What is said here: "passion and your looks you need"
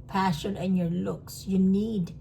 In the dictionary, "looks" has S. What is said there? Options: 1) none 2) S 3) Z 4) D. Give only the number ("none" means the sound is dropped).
2